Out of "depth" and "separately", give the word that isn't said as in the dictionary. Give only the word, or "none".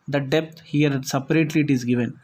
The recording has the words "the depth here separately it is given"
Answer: depth